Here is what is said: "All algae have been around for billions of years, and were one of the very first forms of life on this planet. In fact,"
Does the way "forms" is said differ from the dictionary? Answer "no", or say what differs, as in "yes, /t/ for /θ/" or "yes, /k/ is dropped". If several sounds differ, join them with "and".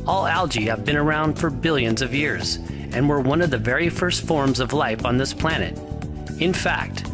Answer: no